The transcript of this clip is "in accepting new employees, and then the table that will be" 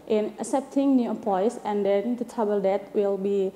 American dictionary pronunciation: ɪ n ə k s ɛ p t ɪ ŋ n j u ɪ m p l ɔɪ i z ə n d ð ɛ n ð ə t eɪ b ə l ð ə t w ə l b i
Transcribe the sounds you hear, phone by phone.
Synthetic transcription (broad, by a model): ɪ n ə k s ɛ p t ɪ ŋ n j u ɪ p ɔɪ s ə n d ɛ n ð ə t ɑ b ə l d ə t w ə l b i